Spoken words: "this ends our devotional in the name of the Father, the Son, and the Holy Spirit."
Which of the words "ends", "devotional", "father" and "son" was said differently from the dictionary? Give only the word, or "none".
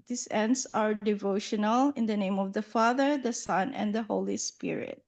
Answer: ends